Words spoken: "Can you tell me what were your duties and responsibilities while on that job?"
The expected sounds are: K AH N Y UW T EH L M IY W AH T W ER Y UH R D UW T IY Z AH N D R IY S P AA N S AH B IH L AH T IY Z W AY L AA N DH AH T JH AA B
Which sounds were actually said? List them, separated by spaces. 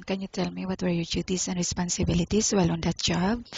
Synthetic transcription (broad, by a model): K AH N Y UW T EH L M IY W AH T W ER Y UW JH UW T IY S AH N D R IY S P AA N S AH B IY L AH T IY S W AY L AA N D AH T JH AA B